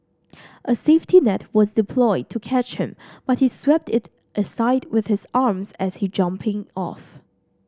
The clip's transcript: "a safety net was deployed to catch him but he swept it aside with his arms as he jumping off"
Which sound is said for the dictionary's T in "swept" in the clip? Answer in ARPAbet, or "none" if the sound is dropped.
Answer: T